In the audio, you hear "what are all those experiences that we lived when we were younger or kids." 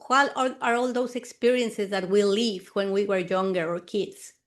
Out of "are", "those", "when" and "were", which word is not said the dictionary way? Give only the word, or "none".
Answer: those